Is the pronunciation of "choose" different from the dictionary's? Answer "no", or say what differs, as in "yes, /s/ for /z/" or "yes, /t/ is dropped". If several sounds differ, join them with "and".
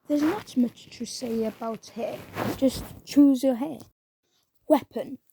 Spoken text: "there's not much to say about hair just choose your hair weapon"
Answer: no